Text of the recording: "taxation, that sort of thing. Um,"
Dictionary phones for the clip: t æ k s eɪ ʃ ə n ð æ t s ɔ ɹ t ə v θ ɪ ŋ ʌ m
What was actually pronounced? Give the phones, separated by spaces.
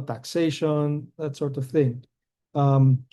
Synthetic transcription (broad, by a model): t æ k s eɪ ʃ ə n ð æ t s ɔ ɹ t ə v θ ɪ ŋ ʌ m